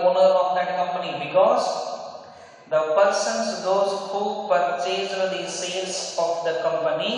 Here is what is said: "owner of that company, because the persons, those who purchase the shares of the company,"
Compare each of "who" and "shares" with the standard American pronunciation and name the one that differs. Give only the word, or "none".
shares